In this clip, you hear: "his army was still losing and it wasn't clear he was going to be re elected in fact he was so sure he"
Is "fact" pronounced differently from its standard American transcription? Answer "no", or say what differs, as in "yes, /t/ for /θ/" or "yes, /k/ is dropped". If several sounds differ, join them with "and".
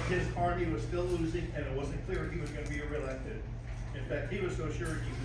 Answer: no